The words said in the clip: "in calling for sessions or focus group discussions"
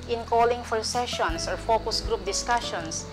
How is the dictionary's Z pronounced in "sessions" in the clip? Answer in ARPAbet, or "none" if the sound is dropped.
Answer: S